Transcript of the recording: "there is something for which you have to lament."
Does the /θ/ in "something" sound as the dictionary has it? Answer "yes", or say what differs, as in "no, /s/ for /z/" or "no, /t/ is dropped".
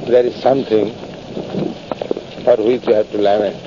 no, /t/ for /θ/